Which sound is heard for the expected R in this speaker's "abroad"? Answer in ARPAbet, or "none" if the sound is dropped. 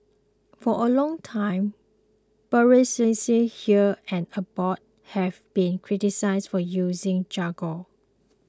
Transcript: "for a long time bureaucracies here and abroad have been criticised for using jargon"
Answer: none